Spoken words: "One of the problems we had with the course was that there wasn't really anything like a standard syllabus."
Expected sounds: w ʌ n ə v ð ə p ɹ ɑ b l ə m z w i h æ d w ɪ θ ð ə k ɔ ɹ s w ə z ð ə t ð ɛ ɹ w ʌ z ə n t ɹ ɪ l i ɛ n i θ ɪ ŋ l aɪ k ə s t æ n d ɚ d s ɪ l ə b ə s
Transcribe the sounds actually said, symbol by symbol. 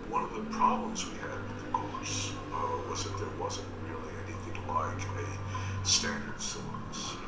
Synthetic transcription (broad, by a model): w ʌ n ə v ð ə p ɹ ɑ b l ə m z w i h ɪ d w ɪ ð ə k ɔ ɹ s w ə z ð ə t ð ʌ ɹ w ʌ z ə n t ɹ ɪ l i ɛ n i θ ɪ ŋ l aɪ k ə s t æ n d ɚ d s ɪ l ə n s